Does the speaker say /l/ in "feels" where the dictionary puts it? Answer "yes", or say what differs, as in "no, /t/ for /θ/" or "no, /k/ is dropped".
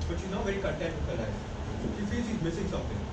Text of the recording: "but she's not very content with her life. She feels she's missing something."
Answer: no, /l/ is dropped